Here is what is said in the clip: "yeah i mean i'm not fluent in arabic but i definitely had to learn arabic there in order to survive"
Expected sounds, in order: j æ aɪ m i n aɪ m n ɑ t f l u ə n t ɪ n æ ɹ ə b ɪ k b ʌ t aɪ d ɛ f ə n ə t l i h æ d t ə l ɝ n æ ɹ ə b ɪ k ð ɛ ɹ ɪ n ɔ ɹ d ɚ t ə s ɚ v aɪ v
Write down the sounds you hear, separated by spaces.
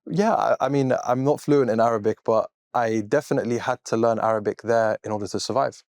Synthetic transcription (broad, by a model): j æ aɪ m i n aɪ m n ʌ t f l u ə n t ɪ n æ ɹ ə b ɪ k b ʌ t aɪ d ɛ f ə n ə t l i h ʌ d t ə l ɝ n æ ɹ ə b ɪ k ð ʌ ɹ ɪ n ɔ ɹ d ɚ t ə s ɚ v aɪ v